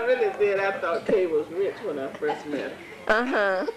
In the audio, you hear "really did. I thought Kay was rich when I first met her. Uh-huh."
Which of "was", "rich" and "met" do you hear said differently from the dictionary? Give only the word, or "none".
none